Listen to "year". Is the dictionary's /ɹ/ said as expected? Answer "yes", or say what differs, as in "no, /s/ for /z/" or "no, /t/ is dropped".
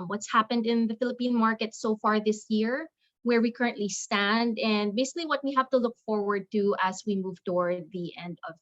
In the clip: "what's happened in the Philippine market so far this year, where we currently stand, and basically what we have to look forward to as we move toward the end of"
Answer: yes